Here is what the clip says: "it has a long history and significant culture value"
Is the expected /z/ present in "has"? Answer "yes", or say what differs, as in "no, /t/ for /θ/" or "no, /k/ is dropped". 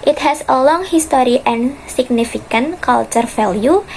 no, /s/ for /z/